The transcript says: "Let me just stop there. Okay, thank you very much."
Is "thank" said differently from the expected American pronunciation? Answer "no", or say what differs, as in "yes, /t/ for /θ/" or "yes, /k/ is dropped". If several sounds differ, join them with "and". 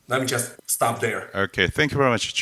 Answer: no